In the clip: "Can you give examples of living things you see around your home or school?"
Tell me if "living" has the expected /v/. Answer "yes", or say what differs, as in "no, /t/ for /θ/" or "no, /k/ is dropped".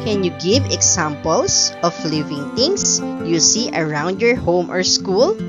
yes